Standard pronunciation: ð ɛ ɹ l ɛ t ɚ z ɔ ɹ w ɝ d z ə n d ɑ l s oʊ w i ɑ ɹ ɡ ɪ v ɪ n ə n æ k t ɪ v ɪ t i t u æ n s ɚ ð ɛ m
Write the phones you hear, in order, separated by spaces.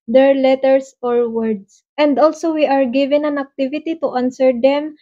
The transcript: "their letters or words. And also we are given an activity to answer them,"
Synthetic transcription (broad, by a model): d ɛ ɹ l ɛ t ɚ s ɔ ɹ w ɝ d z ə n d ɑ l s oʊ w i ɑ ɹ ɡ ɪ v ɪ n ə n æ k t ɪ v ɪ t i t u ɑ n s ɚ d ɛ m